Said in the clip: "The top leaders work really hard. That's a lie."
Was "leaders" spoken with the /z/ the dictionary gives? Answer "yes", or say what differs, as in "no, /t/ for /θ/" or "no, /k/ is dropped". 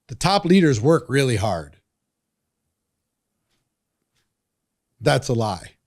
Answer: yes